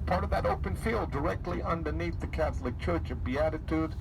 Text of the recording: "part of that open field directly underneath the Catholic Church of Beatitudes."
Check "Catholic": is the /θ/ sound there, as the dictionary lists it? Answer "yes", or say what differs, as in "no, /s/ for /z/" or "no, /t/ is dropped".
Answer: yes